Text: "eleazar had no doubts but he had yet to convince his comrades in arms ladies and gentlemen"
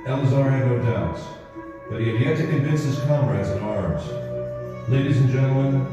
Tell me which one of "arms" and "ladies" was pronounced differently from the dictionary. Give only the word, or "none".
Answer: none